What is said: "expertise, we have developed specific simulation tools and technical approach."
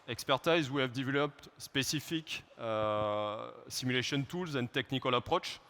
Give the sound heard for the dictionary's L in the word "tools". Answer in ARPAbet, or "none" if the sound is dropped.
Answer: L